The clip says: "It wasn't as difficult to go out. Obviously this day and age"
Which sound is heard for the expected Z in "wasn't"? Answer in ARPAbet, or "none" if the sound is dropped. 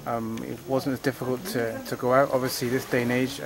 Z